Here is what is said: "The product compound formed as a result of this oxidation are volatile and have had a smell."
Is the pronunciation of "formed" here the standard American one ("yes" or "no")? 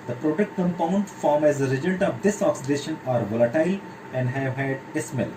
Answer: no